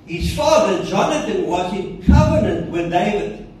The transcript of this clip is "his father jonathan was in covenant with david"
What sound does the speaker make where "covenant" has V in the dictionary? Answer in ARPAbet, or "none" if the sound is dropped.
V